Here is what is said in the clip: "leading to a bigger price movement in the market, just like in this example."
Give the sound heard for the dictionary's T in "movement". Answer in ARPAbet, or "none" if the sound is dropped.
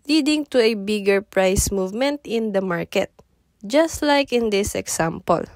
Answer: T